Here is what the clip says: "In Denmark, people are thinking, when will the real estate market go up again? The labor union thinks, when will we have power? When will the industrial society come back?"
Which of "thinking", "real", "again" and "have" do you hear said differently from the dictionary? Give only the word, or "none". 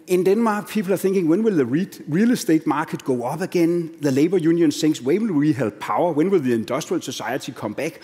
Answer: have